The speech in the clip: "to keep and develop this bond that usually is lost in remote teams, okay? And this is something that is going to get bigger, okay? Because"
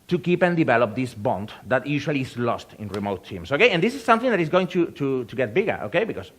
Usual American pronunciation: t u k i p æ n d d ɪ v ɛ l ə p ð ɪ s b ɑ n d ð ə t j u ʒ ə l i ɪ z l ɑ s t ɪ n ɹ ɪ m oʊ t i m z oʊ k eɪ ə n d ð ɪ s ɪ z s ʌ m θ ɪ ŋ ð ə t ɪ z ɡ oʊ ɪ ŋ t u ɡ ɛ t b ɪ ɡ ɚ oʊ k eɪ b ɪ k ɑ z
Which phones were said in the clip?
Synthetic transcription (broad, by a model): t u k i p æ n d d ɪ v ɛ l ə p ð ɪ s b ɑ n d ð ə t j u ʃ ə l i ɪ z l ɑ s t ɪ n ɹ ɪ m oʊ t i m s oʊ k eɪ ə n d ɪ s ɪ s ʌ m θ ɪ ŋ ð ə t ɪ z ɡ oʊ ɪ ŋ t u ɡ ɛ t b ɪ ɡ ɚ oʊ k eɪ b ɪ k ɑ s